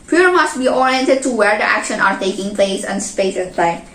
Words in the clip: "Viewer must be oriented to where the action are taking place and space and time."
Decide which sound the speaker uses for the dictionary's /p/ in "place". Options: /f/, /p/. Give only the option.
/p/